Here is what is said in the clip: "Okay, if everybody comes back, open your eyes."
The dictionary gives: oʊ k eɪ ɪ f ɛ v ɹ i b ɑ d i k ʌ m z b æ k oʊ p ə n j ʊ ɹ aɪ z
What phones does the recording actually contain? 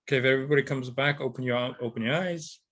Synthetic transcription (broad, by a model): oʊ k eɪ ɪ f ɛ v ɹ i b ɑ d i k ʌ m z b æ k oʊ p ə n j ʊ ɹ aɪ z